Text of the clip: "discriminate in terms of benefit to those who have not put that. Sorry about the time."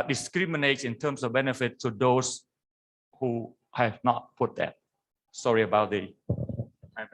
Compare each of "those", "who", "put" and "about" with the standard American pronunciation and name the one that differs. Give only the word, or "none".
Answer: those